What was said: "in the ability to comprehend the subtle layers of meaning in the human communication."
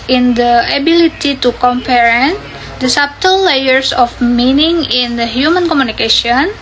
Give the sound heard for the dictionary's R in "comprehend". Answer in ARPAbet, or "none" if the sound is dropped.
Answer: none